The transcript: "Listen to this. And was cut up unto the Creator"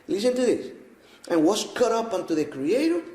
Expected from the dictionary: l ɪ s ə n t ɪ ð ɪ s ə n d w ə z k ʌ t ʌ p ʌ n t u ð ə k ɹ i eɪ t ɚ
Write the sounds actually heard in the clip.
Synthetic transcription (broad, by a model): l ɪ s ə n t ɪ ð ɪ s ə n w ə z k ʌ t ʌ p ʌ n t u ð ə k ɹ i eɪ t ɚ